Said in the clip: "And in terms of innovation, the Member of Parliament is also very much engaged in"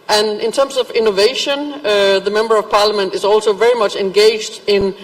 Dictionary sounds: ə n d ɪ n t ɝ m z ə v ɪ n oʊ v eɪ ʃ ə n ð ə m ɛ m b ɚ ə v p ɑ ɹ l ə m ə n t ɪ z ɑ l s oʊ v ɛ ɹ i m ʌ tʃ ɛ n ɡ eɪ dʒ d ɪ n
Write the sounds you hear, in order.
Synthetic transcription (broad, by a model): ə n ɪ n t ɝ m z ə v ɪ n oʊ v eɪ ʃ ə n ð ə m ɛ m b ɚ ə v p ɑ ɹ l ə m ə n t ɪ z ɑ l s oʊ v ɛ ɹ i m ʌ tʃ ɛ n ɡ eɪ dʒ d ɪ n